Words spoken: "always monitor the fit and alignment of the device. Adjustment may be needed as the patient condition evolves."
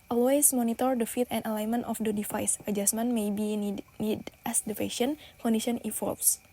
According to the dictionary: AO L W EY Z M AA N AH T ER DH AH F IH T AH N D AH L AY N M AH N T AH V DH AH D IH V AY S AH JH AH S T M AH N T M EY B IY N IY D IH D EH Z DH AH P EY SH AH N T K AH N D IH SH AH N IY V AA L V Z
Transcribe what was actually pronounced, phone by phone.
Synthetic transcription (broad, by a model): AO L W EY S M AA N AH T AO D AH F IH T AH N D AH L AY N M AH N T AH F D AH D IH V AY S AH JH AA S M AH N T M EY B IY N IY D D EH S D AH F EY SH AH N K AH N D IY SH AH N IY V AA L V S